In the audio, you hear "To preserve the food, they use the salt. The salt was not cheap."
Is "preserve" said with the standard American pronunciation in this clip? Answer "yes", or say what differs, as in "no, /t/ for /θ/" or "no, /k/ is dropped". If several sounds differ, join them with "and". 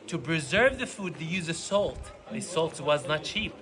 yes